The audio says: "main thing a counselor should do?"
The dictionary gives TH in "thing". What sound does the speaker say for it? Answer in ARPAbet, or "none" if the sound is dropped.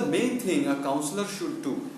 T